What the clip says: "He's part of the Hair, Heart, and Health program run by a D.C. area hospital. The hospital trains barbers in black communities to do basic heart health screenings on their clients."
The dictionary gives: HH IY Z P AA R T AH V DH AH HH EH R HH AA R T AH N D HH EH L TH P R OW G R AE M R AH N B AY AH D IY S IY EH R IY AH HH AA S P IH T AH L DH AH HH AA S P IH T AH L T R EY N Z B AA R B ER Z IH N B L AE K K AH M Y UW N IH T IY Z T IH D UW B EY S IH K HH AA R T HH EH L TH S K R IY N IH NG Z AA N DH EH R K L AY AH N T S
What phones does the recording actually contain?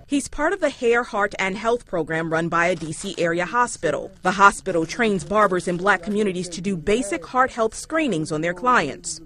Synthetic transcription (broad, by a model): HH IY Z P AA R T AH V DH AH HH EH R HH AA R T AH N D HH EH L TH P R OW G R AE M R AH N B AY AH D IY S IY EH R IY AH HH AA S P IH T L DH AH HH AA S P IH T L T R EY N Z B AA R B ER Z IH N B L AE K K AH M Y UW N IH T IY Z T IH D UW B EY S IH K HH AA R T HH EH L TH S K R IY N IH NG Z N DH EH R K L AY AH N T S